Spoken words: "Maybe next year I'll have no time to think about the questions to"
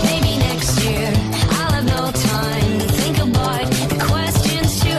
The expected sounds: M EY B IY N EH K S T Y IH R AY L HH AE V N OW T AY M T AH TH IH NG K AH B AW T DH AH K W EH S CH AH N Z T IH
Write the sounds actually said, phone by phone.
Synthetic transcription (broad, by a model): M EY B IY N EH K S T Y IH R AY L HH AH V N OW T AY M TH IH NG K AH B AW T DH AH K W EH S CH AH N Z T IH